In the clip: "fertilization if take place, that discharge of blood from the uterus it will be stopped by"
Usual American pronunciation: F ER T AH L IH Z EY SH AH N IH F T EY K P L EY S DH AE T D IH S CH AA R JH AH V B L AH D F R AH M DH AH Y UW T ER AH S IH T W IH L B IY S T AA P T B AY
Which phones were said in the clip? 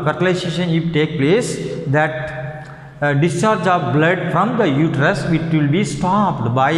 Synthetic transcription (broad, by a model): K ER T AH L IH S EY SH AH N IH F T EY K P L EY S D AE T D IH S CH AA R JH AH V B L AH D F R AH M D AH Y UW T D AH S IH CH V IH L B IY S T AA P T B AY